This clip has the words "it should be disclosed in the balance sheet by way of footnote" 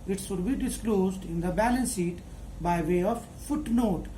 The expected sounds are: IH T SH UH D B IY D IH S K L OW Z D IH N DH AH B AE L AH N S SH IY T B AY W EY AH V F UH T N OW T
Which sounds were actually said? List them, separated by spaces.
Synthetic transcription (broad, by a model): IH T S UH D B IY D IH S K L OW Z D IH N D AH B AE L AH N S IY T B AY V EY AH V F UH T N OW T